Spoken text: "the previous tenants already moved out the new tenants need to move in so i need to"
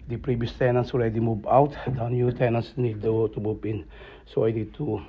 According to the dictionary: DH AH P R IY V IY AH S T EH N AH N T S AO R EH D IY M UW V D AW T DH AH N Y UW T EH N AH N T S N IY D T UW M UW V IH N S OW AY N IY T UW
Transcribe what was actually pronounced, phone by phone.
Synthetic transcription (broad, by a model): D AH P R IY V IY AH S T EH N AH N S AO R EH D IY M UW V AW T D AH N Y UW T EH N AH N S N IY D T UW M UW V IH N S OW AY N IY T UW